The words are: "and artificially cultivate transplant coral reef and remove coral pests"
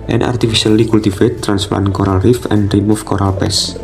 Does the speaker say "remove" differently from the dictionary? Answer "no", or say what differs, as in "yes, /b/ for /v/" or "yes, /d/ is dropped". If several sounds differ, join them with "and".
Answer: yes, /f/ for /v/